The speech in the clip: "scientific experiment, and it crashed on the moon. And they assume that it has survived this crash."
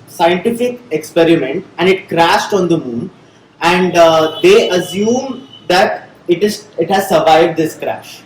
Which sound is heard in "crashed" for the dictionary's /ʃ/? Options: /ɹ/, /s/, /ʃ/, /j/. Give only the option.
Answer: /ʃ/